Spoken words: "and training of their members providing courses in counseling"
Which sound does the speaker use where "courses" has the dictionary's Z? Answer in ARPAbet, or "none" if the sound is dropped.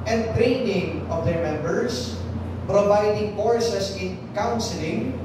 S